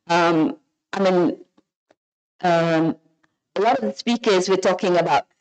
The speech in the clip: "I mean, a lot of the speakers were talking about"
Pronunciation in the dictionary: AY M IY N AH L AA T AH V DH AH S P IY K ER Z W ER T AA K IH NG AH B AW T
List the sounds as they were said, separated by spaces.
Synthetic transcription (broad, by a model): AY M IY N AH L AA T AH V DH AH S P IY K ER Z W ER T AA K IH NG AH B AW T